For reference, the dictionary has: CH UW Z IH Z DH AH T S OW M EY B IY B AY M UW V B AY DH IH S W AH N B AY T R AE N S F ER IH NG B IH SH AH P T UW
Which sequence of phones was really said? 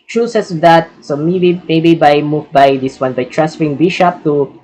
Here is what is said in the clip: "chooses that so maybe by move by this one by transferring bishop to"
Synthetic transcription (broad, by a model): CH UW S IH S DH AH T S OW M EY B IY B AY M UW V B AY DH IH S W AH N B AY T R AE S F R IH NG B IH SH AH P T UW